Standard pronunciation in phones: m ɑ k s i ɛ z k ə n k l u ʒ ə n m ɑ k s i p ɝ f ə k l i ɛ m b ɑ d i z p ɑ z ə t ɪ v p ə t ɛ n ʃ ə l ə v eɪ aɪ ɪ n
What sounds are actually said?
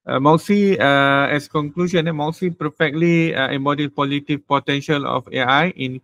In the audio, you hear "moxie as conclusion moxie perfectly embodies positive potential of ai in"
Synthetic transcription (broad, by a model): m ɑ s i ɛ s k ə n k l u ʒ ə n m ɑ s i p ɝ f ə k l i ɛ m b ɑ d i p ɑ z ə t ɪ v p ə t ɛ n ʃ ə l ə f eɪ aɪ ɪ n